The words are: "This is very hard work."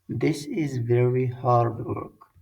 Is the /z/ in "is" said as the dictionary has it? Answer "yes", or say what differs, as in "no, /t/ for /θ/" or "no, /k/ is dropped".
yes